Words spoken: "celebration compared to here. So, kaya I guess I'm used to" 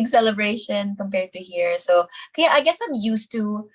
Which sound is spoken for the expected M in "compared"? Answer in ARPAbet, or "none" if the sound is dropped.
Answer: M